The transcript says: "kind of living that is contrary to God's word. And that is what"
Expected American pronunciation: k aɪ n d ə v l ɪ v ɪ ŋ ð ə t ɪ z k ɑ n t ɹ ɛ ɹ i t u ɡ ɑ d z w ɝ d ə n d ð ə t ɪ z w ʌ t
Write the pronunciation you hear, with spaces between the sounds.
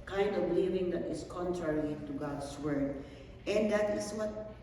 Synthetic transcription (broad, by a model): k aɪ n d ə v l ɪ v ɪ ŋ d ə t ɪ s k ɑ n t ɹ ɛ ɹ i t u ɡ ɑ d s w ɝ d ə n d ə t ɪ s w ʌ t